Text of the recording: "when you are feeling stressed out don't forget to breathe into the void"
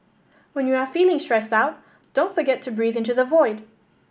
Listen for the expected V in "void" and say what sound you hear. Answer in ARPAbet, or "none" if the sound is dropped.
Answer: V